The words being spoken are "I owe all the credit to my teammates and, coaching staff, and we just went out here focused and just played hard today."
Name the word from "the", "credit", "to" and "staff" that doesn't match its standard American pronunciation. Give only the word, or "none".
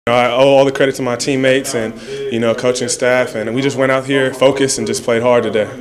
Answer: to